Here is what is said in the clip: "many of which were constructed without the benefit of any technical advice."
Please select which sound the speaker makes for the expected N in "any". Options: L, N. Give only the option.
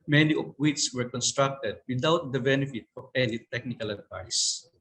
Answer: L